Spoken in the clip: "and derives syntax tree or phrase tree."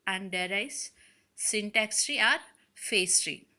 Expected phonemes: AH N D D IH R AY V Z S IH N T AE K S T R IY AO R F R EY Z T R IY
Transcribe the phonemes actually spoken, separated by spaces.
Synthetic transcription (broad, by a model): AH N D D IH R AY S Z S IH N T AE K S T R IY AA R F EY S T R IY